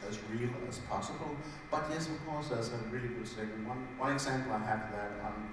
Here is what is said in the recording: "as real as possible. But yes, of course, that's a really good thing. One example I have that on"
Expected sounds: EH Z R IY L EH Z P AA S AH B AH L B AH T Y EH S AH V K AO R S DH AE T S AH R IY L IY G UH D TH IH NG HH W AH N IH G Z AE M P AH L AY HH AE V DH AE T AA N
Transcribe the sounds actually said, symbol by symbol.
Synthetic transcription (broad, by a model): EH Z R IY L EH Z P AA S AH B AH L B AH T Y EH S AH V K AO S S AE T AH R IY L IY G UH D S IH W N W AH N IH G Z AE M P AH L AY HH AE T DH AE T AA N